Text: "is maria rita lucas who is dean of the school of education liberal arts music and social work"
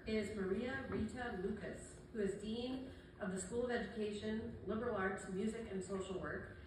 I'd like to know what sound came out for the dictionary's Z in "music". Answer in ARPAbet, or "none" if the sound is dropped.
Z